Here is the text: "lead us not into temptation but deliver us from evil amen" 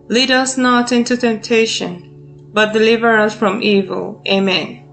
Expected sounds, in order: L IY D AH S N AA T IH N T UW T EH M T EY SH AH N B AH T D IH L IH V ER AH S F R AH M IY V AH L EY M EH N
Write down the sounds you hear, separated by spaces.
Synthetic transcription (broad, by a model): L IY D AH S N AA T IH N T UW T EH M T EY SH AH N B AH T D IH L IH V ER AH S F R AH M IY V AH L EY M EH N